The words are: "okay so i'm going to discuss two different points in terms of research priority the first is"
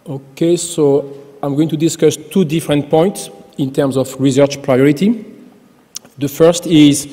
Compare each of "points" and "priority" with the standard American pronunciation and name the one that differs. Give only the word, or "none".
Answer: none